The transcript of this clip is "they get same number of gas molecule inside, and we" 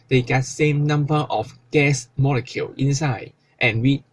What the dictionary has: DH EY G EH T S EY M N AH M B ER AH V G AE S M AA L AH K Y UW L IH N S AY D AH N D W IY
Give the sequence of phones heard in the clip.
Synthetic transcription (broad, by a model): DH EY G EH T S EY M N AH M B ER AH F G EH S M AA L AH K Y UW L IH N S AY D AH N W IY